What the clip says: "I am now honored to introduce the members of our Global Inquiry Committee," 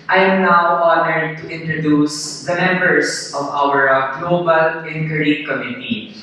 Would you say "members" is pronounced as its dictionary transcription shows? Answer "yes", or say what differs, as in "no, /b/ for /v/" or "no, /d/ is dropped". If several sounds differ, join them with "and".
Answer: no, /s/ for /z/